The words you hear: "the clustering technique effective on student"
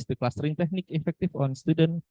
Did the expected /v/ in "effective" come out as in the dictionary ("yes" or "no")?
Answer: no